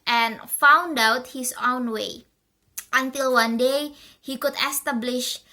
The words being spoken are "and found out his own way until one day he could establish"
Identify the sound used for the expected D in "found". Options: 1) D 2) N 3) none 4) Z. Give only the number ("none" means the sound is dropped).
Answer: 1